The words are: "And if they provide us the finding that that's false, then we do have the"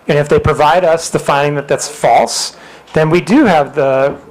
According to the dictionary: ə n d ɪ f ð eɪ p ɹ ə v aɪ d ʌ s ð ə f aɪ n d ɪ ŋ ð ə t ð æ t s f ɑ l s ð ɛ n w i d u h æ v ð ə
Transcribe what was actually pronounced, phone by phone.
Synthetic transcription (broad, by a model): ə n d ɪ f ð eɪ p ɹ ə v aɪ d ʌ s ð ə f aɪ n d ɪ ŋ ð ə t ð æ t s f ɑ l s ð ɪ n w i d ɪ v ð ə